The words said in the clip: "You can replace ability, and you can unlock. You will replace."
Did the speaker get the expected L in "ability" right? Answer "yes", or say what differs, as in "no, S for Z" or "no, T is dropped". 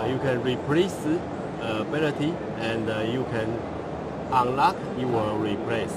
no, N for L